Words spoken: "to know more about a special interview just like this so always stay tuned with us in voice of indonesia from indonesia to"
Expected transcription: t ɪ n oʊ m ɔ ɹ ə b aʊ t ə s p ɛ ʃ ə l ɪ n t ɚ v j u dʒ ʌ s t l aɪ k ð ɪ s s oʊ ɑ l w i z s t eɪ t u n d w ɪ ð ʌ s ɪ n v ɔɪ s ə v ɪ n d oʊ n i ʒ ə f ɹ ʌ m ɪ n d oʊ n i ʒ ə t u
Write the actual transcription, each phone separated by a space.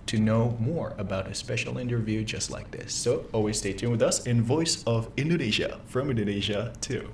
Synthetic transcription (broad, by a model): t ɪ n oʊ m ɔ ɹ ə b aʊ t ə s p ɛ ʃ l ɪ n t ɚ v j u dʒ ʌ s t l aɪ k ð ɪ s s oʊ ɑ l w i z s t eɪ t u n w ɪ ð ʌ s ɪ n v ɔɪ s ə v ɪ n d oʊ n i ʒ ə f ɹ ʌ m ɪ n d oʊ n i ʒ ə t u